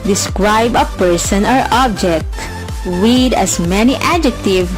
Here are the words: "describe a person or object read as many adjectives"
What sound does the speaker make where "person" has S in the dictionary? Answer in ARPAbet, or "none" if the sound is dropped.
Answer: S